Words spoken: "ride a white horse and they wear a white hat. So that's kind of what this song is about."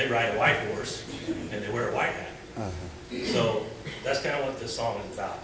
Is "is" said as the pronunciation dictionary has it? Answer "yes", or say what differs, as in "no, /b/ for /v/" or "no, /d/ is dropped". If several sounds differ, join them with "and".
yes